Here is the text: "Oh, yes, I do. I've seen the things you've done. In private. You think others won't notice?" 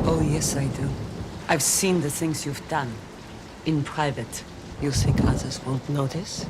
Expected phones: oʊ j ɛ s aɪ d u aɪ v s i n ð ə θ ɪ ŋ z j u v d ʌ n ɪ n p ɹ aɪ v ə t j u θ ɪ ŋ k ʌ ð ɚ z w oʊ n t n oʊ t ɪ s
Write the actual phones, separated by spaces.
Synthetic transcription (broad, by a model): oʊ j ɛ s aɪ d u aɪ v s i n ð ə θ ɪ ŋ z j u v d ʌ n ɪ n p ɹ aɪ v ə t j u s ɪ k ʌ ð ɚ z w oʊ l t n oʊ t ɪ s